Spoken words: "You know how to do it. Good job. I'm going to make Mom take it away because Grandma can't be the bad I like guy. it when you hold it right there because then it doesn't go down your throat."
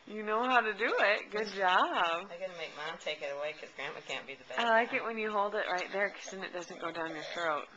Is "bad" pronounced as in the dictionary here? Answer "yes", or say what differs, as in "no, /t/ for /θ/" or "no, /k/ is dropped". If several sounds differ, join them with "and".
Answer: no, /d/ is dropped